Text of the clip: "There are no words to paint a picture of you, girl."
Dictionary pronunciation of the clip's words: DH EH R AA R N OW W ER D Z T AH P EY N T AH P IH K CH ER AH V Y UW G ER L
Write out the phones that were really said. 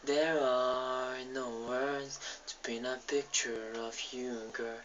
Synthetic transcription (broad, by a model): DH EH R AA R N OW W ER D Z T AH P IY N AH P IH K CH ER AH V Y UW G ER